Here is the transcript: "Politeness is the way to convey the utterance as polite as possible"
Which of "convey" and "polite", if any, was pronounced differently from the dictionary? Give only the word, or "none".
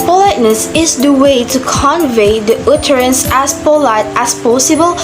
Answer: none